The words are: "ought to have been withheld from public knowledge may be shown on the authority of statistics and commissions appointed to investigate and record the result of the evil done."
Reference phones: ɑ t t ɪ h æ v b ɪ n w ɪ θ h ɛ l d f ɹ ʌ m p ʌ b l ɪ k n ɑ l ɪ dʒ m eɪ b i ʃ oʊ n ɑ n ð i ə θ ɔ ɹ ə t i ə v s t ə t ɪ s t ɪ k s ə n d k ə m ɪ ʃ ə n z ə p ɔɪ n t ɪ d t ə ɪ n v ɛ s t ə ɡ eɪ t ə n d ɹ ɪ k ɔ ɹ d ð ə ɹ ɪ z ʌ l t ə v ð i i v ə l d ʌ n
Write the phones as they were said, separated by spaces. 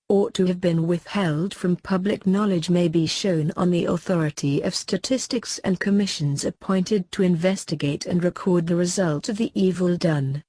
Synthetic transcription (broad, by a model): ɑ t t ɪ v b ɪ n w ɪ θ h ɛ l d f ɹ ʌ m p ʌ b l ɪ k n ɑ l ɪ dʒ m eɪ b i ʃ oʊ n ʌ n ð i ə θ ɔ ɹ ə t i ə v s t ə t ɪ s t ɪ k s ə n k ə m ɪ ʃ ə n z ə p ɔɪ n t ɪ d t ə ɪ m v ɛ s t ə ɡ eɪ t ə n ɹ ɪ k ɔ ɹ d ð ə ɹ ɪ z ʌ l t ə v ð i i v ə l d ʌ n